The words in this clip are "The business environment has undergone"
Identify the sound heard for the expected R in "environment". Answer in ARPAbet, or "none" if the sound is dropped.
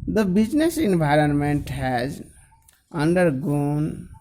R